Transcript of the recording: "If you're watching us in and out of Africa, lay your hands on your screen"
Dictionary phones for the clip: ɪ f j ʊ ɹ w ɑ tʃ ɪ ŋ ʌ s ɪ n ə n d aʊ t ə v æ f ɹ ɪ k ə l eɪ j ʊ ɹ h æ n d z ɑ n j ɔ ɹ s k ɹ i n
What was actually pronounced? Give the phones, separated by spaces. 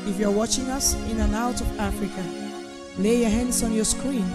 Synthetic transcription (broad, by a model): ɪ f j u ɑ w ɑ tʃ ɪ ŋ ʌ s ɪ n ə n aʊ t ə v æ f ɹ ɪ k ə l eɪ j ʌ h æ n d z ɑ n j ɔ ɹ s k ɹ i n